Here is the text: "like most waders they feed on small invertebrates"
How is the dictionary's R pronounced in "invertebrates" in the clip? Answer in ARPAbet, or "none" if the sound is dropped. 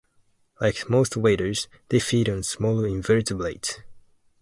L